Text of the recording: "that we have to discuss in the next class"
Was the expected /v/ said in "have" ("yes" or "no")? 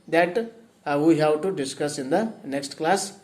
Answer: no